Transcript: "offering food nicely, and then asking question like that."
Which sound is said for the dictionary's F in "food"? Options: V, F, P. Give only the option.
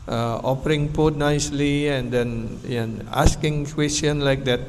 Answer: P